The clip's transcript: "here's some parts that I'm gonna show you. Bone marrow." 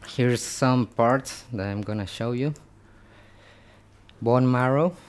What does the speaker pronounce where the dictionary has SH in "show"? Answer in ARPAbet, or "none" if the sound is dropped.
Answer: SH